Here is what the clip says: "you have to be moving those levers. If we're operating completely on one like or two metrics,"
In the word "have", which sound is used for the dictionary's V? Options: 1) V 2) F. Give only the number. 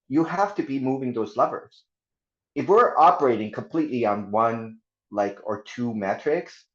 2